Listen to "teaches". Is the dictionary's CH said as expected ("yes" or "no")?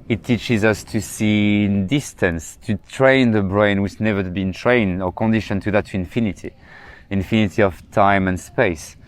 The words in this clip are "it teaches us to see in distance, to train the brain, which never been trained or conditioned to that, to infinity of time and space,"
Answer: yes